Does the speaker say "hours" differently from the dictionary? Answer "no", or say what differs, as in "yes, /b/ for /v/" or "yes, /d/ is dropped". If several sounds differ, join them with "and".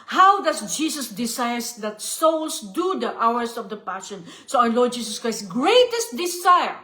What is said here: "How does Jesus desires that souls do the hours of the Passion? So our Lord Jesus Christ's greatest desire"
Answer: yes, /s/ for /z/